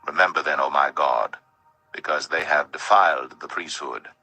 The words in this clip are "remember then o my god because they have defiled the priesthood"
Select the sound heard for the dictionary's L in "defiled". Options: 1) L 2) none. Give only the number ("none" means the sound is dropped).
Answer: 1